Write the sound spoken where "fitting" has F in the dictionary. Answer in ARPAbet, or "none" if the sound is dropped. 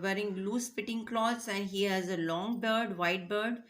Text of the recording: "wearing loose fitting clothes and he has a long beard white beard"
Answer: P